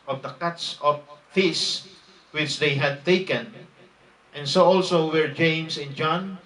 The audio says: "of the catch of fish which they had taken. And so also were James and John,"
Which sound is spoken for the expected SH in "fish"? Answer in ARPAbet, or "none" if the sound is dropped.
S